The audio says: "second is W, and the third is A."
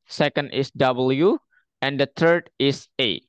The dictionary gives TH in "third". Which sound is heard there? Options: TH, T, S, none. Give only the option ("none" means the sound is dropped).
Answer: T